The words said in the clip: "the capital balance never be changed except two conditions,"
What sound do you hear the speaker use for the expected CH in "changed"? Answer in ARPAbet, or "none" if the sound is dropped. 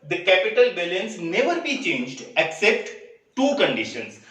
CH